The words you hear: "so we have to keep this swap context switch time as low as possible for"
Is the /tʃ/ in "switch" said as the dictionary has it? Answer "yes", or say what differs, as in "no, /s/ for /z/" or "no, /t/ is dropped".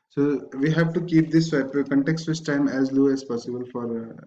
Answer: no, /s/ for /tʃ/